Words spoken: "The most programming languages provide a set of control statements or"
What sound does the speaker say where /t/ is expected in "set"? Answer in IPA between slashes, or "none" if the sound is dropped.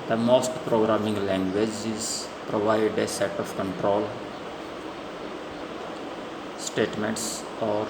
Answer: /t/